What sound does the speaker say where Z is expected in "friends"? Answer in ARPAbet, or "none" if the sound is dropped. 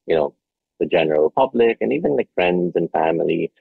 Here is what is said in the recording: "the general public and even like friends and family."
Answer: Z